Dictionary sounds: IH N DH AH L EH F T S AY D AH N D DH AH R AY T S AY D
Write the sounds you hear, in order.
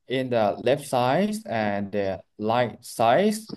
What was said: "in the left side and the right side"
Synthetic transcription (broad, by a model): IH N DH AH L EH F T S AY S AH N D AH L AY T S AY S